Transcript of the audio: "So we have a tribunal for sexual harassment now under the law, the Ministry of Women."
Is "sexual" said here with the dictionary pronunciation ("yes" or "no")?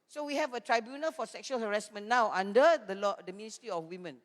yes